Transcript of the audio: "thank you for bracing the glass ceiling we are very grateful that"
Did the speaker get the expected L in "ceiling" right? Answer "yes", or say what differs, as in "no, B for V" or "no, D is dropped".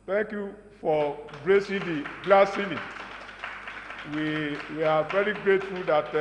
no, W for L